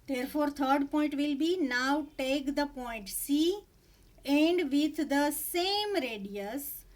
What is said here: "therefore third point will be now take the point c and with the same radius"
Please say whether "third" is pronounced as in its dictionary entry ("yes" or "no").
no